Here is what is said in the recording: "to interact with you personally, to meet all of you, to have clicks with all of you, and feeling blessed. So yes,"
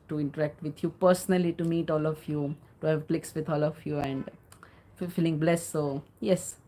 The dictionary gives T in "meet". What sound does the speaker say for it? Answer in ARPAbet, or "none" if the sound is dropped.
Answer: T